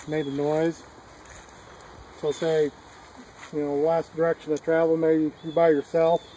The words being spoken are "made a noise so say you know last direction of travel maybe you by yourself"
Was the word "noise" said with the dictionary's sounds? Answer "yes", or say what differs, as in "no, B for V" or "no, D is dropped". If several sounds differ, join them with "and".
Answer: yes